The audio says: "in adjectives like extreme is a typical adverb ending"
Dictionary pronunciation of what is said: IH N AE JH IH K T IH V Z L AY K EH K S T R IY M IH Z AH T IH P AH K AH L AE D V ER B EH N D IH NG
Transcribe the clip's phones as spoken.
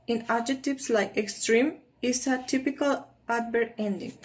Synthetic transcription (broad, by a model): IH N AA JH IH T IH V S L AY K EH K S T R IY M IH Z AH T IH P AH K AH L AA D B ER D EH N D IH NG